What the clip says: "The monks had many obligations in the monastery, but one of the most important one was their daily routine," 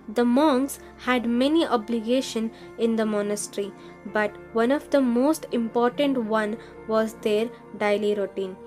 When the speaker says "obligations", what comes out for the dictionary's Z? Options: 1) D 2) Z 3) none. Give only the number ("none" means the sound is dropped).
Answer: 3